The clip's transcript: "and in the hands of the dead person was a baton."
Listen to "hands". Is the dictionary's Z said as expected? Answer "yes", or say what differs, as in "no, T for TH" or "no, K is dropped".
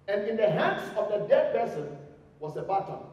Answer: no, S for Z